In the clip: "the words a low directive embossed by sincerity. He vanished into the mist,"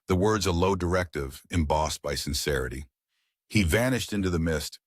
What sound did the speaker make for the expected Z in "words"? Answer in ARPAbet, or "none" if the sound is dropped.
Z